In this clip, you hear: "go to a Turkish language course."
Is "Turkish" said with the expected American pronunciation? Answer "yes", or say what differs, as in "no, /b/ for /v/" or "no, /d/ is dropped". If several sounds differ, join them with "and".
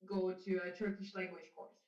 yes